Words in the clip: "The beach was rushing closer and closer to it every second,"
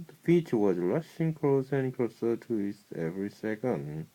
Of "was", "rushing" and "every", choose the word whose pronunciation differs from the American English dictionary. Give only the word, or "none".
rushing